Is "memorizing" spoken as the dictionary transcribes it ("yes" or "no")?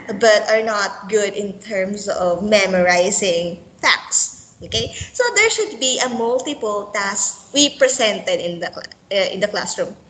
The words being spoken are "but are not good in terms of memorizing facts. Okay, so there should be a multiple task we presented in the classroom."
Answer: no